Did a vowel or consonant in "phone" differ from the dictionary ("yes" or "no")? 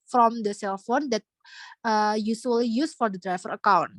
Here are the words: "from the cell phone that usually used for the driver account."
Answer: no